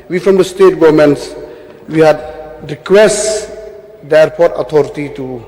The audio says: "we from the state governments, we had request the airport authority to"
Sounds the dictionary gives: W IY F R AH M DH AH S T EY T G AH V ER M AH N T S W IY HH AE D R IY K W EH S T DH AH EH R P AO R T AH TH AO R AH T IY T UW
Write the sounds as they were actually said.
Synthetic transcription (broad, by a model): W IY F R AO M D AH S T EY T G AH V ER M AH N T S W IY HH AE D R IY K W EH S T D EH R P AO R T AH T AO R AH T IY T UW